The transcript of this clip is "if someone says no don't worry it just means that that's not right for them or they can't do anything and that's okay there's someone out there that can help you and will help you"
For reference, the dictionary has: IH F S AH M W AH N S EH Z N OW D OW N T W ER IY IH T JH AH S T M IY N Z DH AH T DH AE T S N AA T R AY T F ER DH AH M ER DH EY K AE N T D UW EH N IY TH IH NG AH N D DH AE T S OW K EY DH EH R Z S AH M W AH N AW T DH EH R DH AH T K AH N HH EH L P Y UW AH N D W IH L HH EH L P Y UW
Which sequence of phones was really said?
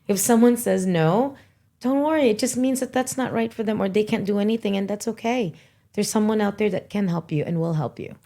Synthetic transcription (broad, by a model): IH F S AH M W AH N S EH Z N OW D OW N T W ER IY IH T JH AH S T M IY N Z DH AH T DH AE T S N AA T R AY T F ER DH AH M ER DH EY K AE N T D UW EH N IY TH IH NG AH N DH AE T S OW K EY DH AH R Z S AH M W AH N AW T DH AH R DH AH T K AH N HH EH L P Y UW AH N W IH L HH EH L P Y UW